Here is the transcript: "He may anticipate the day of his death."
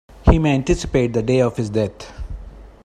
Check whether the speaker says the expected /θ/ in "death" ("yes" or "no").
no